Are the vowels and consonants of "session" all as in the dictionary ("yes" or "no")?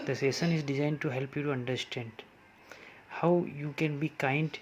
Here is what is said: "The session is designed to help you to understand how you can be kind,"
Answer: no